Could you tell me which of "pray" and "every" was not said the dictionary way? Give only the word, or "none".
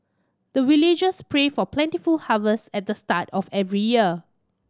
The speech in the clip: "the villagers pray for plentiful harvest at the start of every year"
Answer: none